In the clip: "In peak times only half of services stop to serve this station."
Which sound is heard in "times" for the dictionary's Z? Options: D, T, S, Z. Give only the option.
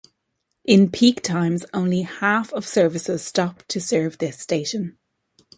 Z